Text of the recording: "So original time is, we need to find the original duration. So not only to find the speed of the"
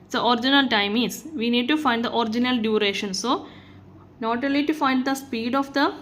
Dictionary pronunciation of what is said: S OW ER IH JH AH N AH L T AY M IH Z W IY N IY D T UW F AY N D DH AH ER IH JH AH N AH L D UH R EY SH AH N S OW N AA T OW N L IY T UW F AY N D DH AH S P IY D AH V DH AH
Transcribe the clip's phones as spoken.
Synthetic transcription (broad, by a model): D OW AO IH JH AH N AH L T AY M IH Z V IY N IY D T UW F AY N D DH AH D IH JH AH N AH L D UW R EY SH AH N S OW N AA T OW L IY T UW F AY N D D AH S P IY D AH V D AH